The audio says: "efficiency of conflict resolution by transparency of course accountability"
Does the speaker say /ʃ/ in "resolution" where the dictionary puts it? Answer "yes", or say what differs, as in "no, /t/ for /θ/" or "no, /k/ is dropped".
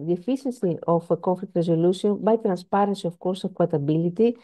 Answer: no, /s/ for /ʃ/